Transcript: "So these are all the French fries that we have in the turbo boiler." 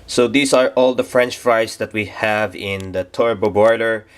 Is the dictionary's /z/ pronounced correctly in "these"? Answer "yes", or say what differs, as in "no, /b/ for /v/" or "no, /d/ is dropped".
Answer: no, /s/ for /z/